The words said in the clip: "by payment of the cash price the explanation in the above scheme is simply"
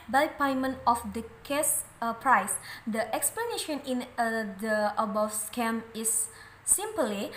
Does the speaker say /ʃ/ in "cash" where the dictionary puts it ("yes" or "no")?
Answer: no